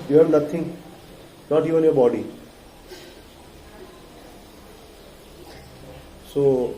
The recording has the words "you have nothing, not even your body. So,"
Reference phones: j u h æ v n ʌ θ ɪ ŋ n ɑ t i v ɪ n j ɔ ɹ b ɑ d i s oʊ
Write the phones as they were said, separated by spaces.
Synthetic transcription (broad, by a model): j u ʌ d n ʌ t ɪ ŋ n ɑ t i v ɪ n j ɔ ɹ b ɑ d i s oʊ